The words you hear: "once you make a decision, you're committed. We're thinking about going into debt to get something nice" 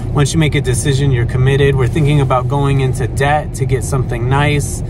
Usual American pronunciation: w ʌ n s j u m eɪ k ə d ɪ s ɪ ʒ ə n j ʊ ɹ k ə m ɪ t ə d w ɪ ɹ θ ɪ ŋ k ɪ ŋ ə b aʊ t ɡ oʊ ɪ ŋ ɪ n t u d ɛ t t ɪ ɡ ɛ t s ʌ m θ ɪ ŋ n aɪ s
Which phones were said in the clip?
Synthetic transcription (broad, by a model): w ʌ n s j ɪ m eɪ k ə d ɪ s ɪ ʒ ə n j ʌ ɹ k ə m ɪ t ə d w ɪ ɹ θ ɪ ŋ k ɪ ŋ ə b aʊ t ɡ oʊ ɪ ŋ ɪ n t u d ɛ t t ɪ ɡ ɛ t s ʌ m θ ɪ ŋ n aɪ s